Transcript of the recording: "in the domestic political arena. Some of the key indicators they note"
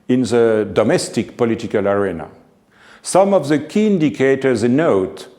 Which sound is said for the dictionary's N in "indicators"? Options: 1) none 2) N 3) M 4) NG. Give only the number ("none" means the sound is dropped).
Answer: 2